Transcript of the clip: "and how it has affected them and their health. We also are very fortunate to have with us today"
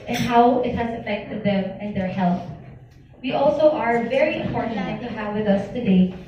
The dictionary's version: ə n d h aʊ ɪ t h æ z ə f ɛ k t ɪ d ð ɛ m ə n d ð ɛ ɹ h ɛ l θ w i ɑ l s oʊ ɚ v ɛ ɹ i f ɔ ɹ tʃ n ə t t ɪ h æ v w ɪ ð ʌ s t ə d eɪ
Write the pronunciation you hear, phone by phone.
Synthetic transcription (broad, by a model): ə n h aʊ ɪ t h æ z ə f ɛ k t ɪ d ð ɛ m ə n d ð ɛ ɹ h ɛ l θ w i ɑ l s oʊ ɚ v ɛ ɹ i p ɔ ɹ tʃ n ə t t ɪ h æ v w ɪ ð ʌ s t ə d eɪ